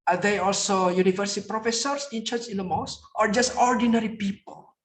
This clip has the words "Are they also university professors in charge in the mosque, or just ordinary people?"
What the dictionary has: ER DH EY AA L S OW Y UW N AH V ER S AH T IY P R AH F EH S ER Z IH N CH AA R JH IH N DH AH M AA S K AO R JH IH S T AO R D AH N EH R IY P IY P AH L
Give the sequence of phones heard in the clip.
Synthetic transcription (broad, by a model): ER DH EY AA L S OW Y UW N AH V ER S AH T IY P R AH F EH S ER S IH N CH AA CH IH N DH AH M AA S AO R JH IH S T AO R D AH N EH R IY P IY P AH L